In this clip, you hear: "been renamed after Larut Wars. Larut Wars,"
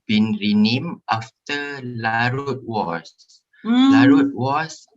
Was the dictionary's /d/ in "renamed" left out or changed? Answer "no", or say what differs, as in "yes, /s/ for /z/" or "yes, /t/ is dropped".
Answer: yes, /d/ is dropped